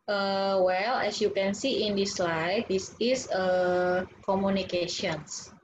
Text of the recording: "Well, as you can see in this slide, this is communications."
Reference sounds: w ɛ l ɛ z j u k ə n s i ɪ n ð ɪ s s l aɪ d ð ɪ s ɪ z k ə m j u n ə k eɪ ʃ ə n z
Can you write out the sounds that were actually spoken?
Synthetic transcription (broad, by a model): w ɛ l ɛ s j u k ə n s i ɪ n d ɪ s s l aɪ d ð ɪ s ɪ s k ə m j u n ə k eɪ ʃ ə n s